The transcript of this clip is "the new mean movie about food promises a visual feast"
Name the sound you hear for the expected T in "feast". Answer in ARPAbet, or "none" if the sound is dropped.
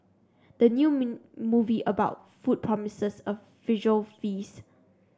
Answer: none